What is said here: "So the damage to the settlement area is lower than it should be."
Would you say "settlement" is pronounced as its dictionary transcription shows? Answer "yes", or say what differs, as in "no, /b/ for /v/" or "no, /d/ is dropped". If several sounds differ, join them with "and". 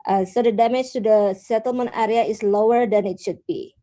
yes